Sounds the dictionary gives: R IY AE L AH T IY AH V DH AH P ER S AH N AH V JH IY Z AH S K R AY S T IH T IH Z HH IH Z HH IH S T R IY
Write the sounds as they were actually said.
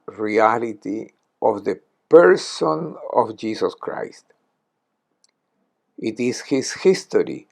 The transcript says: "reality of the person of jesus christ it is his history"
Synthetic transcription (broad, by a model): R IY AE L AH T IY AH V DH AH P ER S AH N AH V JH IY S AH S K R AY S T IH T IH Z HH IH S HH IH S T R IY